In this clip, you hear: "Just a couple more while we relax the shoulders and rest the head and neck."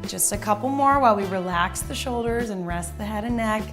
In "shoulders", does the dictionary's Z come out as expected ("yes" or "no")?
yes